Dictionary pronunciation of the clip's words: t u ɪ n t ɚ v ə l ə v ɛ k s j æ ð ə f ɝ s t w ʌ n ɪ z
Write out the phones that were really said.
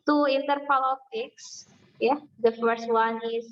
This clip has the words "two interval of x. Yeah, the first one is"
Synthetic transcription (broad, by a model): t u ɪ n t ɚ p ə l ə f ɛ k s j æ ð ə f ɝ s t w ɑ n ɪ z